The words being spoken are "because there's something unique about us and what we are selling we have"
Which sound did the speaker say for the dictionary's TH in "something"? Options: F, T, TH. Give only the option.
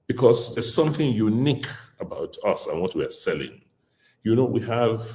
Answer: TH